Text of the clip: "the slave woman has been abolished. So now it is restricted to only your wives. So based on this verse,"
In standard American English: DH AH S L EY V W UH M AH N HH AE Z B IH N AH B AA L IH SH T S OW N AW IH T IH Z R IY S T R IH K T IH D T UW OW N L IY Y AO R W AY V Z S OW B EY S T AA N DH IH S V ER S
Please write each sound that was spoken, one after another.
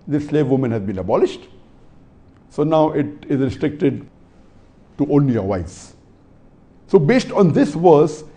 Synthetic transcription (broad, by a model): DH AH S L EY V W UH M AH N HH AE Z B IH N AH B AA L IH SH T S OW N AW IH T IH Z R IY S T R IH K T IH D T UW OW N L IY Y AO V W AY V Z S OW B EY S T AA N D IH S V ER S